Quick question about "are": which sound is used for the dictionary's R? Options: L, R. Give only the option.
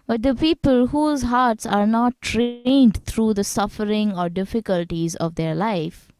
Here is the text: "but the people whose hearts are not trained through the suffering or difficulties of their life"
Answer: R